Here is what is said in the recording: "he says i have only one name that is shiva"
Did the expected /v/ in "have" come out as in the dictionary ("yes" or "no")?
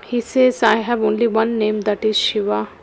no